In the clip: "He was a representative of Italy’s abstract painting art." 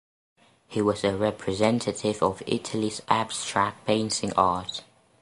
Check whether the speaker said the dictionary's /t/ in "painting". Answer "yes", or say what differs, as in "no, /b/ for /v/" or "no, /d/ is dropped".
no, /s/ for /t/